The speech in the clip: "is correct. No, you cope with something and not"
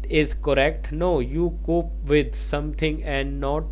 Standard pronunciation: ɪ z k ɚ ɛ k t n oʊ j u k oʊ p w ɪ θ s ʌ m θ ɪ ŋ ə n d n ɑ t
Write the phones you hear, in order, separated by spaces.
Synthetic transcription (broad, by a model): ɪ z k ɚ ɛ k t n oʊ j u k oʊ p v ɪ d s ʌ m t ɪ ŋ ə n d n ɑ t